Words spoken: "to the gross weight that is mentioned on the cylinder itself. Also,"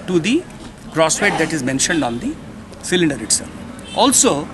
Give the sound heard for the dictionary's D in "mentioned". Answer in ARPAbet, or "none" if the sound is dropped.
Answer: D